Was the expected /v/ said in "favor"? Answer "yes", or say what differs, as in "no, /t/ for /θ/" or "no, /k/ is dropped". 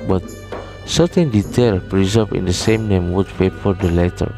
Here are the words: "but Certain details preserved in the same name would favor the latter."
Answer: no, /p/ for /v/